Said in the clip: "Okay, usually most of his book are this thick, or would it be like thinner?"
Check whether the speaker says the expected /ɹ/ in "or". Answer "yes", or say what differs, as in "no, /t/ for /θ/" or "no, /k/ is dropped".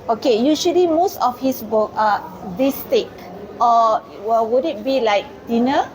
no, /w/ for /ɹ/